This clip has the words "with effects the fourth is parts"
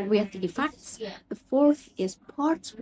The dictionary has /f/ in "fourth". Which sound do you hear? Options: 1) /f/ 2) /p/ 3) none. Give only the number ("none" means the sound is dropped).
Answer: 1